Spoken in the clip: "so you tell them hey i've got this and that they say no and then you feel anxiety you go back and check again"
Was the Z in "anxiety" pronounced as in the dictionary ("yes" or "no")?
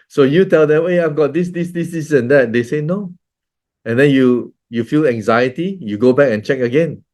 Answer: yes